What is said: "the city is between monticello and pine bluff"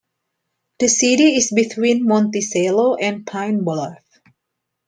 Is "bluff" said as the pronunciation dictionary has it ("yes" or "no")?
no